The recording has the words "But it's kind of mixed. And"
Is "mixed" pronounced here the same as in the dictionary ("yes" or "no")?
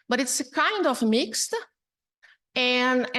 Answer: yes